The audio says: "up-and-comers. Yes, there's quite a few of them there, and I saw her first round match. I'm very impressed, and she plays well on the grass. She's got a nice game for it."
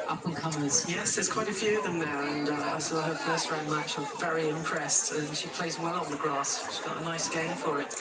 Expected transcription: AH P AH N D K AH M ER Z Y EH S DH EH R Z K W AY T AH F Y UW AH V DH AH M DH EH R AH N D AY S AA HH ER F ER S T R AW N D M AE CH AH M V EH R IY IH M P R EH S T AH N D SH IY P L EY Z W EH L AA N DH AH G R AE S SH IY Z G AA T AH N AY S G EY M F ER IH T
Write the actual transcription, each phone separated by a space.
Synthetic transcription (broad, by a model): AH P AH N K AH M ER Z Y EH S DH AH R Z K W AY T AH F Y UW AH V DH AH M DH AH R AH N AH AY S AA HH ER F ER S T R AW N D M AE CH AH V EH R IY IH M P R EH S T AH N SH IY P L EY Z W EH L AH N DH AH G R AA S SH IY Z G AA T AH N AY S G EY M F ER IH T